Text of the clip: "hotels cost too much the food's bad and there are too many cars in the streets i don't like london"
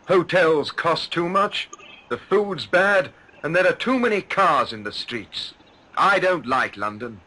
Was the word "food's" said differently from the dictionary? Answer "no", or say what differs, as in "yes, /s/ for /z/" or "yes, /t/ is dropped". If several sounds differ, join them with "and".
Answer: no